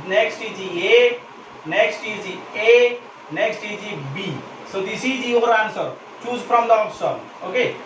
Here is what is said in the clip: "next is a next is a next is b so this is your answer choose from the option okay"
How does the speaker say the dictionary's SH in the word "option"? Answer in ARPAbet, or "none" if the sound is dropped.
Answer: S